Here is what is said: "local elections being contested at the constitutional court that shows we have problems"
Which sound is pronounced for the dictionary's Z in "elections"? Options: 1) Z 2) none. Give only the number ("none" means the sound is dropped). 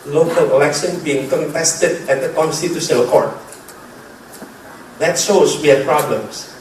2